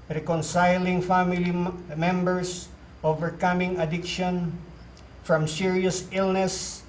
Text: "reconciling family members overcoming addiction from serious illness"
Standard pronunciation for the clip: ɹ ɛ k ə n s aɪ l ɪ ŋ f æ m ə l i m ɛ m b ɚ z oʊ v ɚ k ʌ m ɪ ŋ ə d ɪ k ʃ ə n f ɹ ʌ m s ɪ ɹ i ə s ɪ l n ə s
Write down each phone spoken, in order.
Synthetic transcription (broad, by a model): ɹ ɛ k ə n s aɪ l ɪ ŋ f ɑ m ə l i m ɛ m b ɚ s oʊ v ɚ k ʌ m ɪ ŋ ə d ɪ k ʃ ə n f ɹ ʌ m s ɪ ɹ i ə s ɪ l n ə s